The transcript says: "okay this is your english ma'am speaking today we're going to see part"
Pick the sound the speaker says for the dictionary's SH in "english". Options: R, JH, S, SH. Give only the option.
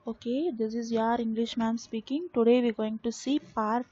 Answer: SH